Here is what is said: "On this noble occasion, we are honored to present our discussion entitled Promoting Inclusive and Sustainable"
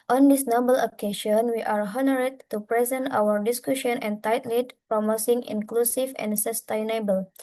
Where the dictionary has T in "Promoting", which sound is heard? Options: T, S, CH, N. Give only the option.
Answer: S